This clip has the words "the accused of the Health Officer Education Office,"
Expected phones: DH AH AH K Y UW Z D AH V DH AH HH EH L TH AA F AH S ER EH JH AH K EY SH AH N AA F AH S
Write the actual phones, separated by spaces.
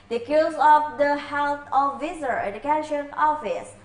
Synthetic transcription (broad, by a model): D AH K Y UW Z AH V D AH HH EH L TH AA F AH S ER EH JH AH K EY SH AH N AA F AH S